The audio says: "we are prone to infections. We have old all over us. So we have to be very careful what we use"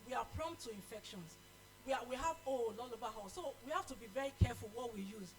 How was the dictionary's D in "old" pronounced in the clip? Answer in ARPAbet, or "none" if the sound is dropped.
none